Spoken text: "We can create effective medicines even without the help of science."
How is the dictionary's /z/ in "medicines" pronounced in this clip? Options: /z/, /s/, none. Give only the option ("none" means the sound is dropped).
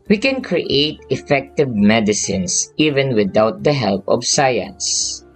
/s/